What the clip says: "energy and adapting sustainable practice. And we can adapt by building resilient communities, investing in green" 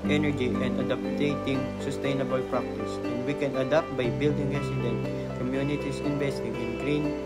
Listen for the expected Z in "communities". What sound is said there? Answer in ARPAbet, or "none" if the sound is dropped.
S